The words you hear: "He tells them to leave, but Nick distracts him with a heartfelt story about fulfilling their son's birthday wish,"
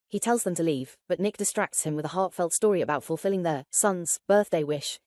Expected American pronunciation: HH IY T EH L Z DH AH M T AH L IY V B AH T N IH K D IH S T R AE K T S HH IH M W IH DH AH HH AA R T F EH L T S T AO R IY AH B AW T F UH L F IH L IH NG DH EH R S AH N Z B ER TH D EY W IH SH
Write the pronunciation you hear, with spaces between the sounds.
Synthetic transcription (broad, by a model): HH IY T EH L Z DH AH M T AH L IY V B AH T N IH K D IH S T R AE K T S HH IH M W IH DH AH HH AA R T F EH L T S T AO R IY AH B AW T F UH L F IH L IH NG DH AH R S AH N Z B ER TH D EY W IH SH